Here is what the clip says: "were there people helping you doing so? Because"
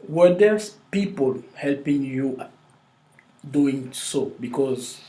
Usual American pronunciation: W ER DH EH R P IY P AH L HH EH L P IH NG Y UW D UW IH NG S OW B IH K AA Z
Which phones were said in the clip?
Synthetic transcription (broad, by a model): W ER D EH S P IY P AH L HH EH L P IH NG Y UW D UW IH NG S OW B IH K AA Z